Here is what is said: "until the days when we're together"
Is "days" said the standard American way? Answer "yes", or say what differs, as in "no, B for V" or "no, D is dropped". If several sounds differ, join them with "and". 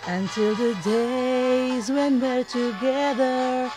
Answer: yes